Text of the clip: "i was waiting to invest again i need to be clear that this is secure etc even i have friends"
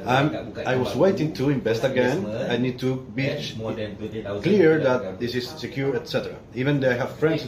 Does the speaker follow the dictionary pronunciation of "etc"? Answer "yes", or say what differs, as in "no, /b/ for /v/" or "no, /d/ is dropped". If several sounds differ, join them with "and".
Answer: yes